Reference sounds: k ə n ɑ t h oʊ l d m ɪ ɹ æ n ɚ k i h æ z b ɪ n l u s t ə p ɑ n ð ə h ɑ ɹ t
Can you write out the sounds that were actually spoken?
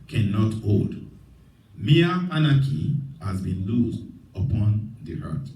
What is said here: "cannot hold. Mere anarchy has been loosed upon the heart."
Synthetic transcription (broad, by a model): k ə n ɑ t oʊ d m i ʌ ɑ n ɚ k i h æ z b ɪ n l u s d ə p ɑ n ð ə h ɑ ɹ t